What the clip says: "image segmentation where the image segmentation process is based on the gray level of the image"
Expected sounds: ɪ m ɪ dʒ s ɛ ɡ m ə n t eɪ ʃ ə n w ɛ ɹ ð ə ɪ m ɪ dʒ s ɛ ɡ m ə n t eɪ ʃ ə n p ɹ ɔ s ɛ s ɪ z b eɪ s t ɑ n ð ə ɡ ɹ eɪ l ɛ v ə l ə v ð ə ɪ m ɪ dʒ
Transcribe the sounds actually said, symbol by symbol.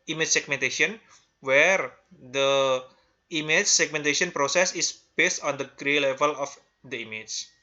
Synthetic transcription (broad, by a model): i m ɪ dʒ s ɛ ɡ m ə n t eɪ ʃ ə n w ɛ ɹ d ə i m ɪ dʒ s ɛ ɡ m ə n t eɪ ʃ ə n p ɹ ɔ s ɛ s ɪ s b eɪ s t ɑ n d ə ɡ ɹ eɪ l ɛ v ə l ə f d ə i m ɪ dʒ